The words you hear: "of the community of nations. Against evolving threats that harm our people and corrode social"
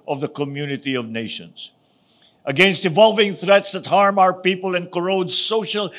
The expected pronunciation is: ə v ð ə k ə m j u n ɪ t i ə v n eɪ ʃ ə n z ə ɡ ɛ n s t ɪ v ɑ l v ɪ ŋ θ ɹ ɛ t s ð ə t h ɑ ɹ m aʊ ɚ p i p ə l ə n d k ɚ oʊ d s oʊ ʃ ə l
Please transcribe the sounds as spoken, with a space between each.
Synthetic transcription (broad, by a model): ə v ð ə k ə m j u n ɪ t i ə v n eɪ ʃ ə n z ə ɡ ɛ n s t ɪ v ɑ l v ɪ ŋ θ ɹ ɛ t s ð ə t h ɑ ɹ m aʊ ɚ p i p ə l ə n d k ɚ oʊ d s oʊ ʃ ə l